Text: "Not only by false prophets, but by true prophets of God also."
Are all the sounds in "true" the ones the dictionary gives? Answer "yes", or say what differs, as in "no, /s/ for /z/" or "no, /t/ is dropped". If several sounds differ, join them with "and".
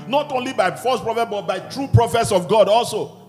yes